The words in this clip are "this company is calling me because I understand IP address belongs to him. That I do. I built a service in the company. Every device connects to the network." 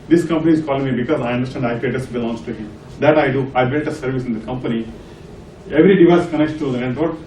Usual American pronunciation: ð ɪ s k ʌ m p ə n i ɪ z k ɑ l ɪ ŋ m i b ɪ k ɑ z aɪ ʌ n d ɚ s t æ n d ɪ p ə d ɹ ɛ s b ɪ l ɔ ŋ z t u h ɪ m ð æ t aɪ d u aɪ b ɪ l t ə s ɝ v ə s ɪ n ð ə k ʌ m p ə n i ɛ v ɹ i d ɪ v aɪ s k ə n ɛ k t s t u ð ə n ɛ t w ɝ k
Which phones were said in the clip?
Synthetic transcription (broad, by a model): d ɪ s k ʌ m p ə n i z k ɑ l ɪ ŋ m i b ɪ k ɑ z aɪ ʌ n d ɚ s t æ n d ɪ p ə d ɛ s b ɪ l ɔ ŋ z t u h ɪ m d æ t aɪ d u aɪ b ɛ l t ə s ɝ v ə s ɪ n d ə k ʌ m p ə n i ɛ v ɹ i d ɪ v aɪ s k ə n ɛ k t t u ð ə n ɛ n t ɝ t